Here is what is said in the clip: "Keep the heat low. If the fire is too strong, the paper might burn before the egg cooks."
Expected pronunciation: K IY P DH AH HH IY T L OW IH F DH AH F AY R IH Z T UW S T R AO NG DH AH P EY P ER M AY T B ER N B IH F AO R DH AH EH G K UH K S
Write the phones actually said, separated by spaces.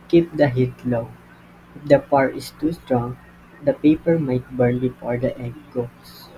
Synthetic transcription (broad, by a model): K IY P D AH HH IY T L OW IH F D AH P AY R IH S T UW S T R AO NG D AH P EY P ER M AY T B ER N B IH F AO R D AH EH G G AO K S